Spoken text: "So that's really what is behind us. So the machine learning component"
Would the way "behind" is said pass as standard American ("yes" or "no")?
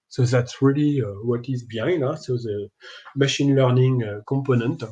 no